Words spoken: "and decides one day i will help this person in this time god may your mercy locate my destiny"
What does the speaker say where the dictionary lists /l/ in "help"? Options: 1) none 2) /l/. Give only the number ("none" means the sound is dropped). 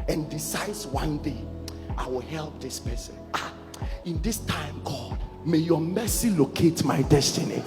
2